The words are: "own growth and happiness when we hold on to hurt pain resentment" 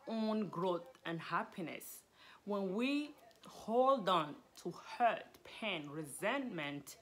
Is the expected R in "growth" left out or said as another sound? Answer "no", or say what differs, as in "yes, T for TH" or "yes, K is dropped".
no